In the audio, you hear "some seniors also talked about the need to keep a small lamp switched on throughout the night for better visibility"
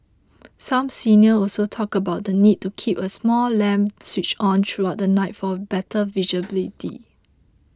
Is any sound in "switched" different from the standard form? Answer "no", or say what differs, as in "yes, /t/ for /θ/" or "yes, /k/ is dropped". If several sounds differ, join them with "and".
yes, /t/ is dropped